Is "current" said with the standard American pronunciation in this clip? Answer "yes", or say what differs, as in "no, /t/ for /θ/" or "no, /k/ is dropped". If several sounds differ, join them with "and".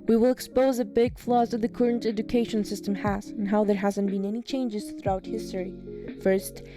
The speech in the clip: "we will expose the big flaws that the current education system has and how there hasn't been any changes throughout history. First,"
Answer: yes